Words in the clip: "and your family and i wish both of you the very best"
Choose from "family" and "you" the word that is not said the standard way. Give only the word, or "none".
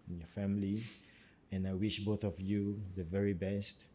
none